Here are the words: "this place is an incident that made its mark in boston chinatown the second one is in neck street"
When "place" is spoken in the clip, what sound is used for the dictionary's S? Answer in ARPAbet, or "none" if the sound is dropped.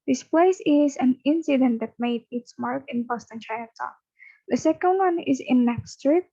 S